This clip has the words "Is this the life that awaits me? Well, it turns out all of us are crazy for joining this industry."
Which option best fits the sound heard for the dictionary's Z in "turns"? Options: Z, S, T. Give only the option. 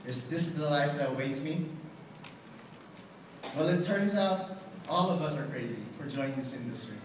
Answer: Z